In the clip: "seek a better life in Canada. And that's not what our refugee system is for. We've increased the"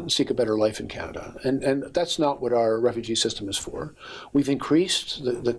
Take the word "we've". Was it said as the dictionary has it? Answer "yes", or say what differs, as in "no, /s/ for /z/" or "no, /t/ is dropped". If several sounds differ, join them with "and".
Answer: yes